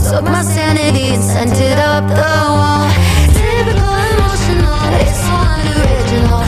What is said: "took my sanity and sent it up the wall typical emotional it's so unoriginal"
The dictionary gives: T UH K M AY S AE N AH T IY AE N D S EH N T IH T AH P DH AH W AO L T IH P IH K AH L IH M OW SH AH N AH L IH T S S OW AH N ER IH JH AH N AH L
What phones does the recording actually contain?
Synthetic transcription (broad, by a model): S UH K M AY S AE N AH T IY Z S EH N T IH T AH P DH AH W AO L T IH B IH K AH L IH M OW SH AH N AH L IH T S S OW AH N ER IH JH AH N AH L